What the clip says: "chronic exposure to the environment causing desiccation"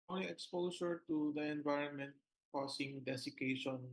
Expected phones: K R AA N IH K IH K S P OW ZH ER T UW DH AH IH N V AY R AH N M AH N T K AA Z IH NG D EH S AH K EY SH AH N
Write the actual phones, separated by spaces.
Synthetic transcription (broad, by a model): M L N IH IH K S P OW S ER T UW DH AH IH N V AY R AH N M AH N T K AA S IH NG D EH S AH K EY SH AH N